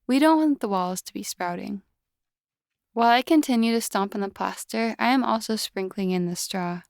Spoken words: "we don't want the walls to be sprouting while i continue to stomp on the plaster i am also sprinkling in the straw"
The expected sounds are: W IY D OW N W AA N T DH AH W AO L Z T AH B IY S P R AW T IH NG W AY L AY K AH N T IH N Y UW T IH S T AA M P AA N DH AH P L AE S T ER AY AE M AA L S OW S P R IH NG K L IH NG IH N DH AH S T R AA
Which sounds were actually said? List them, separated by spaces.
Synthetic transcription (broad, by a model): W IY D OW N W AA N DH AH W AO L Z T AH B IY S P R AW T IH NG W AY L AY K AH N T IH N Y UW T IH S T AA M P N DH AH P L AE S T ER AY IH M AA L S OW S P R IH NG K L IH NG IH N DH AH S T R AA